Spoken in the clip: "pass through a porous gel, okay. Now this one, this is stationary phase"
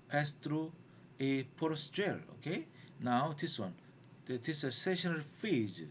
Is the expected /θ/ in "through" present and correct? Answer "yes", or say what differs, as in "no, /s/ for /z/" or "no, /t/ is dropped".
no, /t/ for /θ/